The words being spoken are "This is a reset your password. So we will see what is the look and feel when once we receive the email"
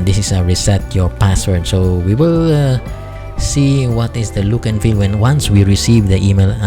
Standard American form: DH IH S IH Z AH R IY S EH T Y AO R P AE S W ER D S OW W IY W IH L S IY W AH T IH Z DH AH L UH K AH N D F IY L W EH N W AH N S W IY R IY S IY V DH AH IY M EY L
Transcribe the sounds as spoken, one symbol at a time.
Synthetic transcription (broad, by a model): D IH S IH S AH R IY S EH T Y AO R P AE S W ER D S OW W IY W IH L S IY W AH T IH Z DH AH L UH K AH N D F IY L W EH N W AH N S W IY R IY S IY V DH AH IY M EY L